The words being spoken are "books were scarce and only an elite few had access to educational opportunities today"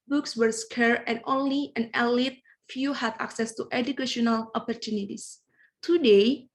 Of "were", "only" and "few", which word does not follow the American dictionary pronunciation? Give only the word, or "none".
none